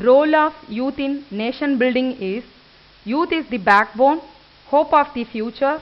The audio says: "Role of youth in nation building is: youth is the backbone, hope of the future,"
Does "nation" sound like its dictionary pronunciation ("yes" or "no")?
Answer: yes